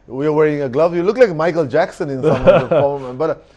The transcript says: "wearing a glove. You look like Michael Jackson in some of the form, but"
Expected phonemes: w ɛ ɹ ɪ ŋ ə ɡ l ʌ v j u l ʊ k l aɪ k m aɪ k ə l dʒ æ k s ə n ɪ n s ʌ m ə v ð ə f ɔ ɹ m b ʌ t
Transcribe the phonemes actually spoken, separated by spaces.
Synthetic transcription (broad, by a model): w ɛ ɹ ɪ ŋ ə ɡ l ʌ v j u l ʊ k l aɪ k m aɪ k ə l dʒ æ k s ə n ɪ n s ʌ m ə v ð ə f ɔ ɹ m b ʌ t